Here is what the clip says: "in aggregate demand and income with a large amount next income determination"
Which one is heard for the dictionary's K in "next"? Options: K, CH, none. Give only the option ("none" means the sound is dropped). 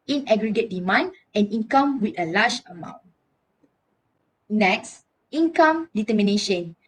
K